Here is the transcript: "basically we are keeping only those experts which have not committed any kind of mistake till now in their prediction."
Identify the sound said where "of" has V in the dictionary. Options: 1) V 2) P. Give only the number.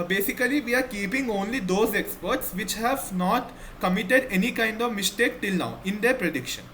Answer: 1